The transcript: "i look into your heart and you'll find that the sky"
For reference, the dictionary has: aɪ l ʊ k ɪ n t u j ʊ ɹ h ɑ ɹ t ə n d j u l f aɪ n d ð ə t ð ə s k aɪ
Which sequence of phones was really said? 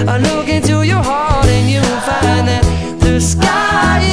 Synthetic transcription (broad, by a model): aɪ l ʊ k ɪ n t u j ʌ ɹ h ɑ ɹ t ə n j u n f aɪ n ð ə t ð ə s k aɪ